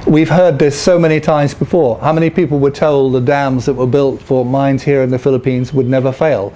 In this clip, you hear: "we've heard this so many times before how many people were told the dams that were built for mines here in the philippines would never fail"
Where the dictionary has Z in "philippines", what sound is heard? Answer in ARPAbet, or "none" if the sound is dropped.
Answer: Z